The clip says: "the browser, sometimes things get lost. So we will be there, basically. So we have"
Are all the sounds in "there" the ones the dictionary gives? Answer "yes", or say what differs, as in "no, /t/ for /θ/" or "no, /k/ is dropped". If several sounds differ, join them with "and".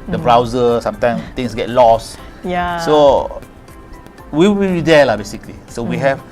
no, /l/ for /ɹ/